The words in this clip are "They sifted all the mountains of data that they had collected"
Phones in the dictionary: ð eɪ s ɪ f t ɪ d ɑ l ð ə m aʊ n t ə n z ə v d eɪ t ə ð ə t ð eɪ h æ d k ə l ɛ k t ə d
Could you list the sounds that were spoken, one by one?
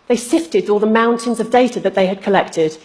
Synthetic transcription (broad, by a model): ð eɪ s ɪ f t ɪ d ɑ l ð ə m aʊ n t ə n z ə v d eɪ t ə ð ə t ð eɪ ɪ d k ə l ɛ k t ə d